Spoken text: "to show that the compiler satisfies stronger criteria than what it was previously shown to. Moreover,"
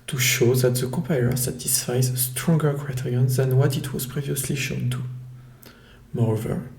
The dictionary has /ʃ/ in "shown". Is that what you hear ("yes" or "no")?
yes